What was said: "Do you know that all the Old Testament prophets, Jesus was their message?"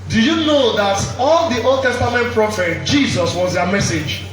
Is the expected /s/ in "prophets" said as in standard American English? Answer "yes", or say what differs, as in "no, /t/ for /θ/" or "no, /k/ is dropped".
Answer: no, /s/ is dropped